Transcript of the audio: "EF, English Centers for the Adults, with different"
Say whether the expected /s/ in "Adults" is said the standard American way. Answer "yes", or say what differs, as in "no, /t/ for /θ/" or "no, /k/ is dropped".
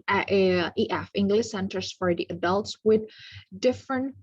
yes